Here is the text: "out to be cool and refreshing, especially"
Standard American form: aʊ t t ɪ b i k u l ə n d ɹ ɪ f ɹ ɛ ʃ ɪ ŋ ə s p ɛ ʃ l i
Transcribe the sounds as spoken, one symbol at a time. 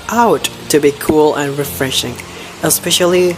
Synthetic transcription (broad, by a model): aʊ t t ɪ b i k u l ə n ɹ ɪ f ɹ ɛ ʃ ɪ ŋ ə s p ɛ ʃ l i